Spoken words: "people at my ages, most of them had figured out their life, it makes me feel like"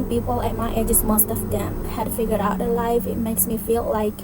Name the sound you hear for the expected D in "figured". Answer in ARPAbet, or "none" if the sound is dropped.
none